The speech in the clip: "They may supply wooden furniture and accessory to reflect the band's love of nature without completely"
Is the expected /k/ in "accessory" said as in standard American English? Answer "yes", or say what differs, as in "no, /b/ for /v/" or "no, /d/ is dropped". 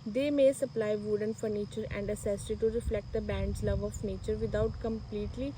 no, /k/ is dropped